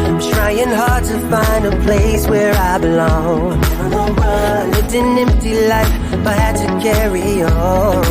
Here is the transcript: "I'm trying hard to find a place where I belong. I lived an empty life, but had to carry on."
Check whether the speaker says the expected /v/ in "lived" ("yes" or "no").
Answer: no